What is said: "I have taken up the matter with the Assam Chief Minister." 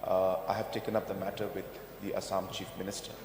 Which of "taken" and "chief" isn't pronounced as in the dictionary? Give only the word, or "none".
none